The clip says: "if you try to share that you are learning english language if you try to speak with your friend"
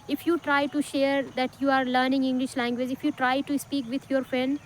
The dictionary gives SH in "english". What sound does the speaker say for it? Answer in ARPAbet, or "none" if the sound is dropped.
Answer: SH